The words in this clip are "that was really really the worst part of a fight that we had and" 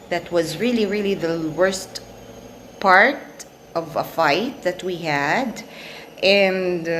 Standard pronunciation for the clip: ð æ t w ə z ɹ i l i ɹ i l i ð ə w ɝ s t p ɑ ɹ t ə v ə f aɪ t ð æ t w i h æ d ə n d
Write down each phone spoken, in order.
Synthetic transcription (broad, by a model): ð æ t w ə z ɹ i l i ɹ i l i ð ə w ɝ s t p ɑ ɹ t ə v ə f aɪ t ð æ t w i h æ d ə n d